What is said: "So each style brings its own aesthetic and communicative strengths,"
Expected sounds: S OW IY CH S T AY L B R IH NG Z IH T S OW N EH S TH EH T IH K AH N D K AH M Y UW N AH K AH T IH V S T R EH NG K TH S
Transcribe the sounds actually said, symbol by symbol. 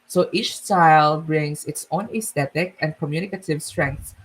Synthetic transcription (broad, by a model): S OW IY CH S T AY L B R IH NG S IH T S OW N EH S T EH T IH K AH N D K AH M Y UW N AH K AH T IH V S T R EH NG K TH